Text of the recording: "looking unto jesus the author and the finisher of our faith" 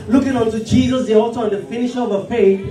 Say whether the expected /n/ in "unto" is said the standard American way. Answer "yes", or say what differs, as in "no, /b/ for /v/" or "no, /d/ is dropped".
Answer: yes